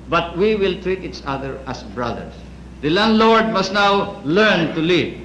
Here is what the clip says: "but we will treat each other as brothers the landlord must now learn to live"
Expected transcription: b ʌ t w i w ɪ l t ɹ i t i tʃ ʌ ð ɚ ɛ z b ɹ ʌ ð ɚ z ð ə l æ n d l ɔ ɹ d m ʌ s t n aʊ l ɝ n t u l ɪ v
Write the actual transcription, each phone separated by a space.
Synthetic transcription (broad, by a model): b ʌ t w i w ɪ l t ɹ i t i tʃ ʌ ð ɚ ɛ s b ɹ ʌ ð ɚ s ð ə l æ n d l ɔ ɹ d m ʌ s t n aʊ l ɝ n t u l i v